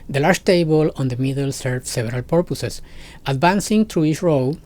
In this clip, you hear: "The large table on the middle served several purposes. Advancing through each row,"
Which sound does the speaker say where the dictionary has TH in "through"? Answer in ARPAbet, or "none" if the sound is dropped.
T